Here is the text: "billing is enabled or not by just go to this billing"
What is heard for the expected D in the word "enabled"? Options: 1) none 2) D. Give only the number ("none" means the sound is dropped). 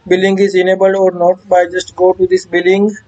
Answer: 1